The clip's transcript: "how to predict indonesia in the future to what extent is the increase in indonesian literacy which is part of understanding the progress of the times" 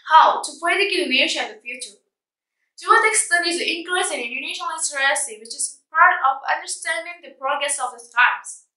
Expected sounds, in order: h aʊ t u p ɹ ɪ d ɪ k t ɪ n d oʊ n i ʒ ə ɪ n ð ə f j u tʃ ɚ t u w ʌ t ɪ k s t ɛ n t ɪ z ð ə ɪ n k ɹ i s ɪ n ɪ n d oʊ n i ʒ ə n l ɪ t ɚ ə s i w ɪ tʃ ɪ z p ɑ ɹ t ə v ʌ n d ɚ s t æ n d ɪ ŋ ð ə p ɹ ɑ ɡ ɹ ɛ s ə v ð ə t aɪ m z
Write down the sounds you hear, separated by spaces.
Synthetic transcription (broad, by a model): h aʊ t u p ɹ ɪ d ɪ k ɪ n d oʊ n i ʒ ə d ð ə f j u tʃ ɚ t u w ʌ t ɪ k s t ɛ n ɪ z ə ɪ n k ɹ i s ɪ n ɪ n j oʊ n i ʃ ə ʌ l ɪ s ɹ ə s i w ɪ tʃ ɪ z p ɑ ɹ t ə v ʌ n d ɚ s t æ n d ɪ ŋ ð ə p ɹ ɑ ɡ ɹ ɛ s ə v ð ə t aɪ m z